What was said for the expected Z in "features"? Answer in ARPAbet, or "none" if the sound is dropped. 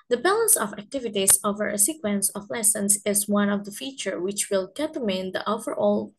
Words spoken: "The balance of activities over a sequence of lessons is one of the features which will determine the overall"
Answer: none